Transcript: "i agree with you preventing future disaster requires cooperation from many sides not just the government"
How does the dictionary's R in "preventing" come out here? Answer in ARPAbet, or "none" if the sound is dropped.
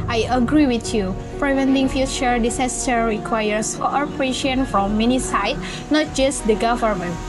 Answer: R